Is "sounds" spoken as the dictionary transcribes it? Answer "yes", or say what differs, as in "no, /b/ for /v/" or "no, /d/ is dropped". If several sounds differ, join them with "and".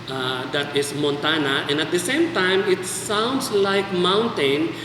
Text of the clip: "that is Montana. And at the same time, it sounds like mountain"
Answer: no, /s/ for /z/